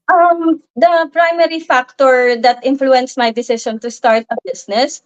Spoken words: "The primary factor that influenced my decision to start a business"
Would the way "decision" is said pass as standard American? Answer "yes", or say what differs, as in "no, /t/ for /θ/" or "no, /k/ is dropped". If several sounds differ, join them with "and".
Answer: no, /ʃ/ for /ʒ/